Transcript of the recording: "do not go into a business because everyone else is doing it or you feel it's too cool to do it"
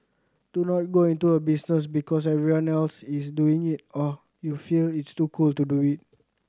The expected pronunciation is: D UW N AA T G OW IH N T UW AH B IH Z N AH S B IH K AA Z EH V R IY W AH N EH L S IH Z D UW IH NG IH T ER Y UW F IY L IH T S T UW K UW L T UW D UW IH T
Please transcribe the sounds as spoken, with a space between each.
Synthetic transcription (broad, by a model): D UW N AA T G OW IH N T UW AH B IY S N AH S B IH K AA S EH R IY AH N EH L S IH S D UW IH NG IH T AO Y UW F IY L IH T S T UW K UW L T UW D UW IH T